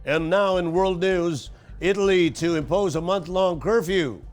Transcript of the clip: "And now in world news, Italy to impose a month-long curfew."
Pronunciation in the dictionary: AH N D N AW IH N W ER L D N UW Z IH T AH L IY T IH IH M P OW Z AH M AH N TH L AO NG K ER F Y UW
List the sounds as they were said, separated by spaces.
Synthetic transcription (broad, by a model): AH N N AW IH N W ER L D N UW Z IH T L IY T IH IH M P OW Z AH M AH N TH L AO NG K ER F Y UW